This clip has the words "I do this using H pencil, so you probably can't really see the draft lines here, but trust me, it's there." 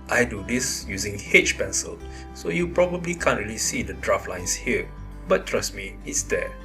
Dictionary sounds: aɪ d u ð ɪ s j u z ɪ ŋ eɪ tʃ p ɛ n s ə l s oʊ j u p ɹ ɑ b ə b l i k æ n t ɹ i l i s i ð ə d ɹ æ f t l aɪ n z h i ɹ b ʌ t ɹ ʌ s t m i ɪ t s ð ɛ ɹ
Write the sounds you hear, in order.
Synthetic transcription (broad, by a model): aɪ d u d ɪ s j u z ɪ ŋ eɪ tʃ p ɛ n s ə l s oʊ j u p ɹ ɑ b ə b l i k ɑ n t ɹ i l i s i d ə d ɹ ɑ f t l aɪ n s h i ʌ b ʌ t ɹ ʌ s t m i ɪ t s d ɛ